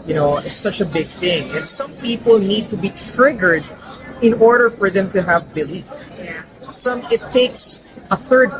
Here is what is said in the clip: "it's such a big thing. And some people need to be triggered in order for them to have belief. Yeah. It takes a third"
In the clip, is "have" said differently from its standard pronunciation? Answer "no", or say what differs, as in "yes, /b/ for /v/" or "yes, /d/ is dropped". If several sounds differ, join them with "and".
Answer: no